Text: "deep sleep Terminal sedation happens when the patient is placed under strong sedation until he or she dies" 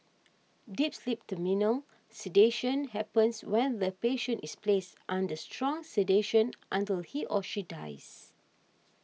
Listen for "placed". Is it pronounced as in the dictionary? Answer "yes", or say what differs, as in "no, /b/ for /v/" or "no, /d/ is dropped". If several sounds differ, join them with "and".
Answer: yes